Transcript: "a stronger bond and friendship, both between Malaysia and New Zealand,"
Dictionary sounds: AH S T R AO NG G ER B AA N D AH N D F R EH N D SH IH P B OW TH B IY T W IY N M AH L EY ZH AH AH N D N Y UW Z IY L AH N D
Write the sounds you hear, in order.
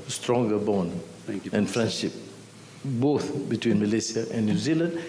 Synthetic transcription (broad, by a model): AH S T R AO NG G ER B AA N D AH N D F R EH N D SH IH P B OW TH B IY T W IY N M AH L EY S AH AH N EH N Y UW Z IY L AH N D